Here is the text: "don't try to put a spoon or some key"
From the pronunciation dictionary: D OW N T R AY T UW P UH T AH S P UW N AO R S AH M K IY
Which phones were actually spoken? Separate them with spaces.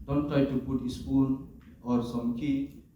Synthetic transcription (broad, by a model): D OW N T R AY T UW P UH T AH S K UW L AO R S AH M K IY